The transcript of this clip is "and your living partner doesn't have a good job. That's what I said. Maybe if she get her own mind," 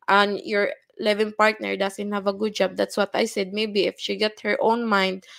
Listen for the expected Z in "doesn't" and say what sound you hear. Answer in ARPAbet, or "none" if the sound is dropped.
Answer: S